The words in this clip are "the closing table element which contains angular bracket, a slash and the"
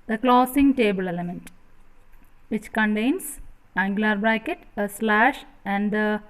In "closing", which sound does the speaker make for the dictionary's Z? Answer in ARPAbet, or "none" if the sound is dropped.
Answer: S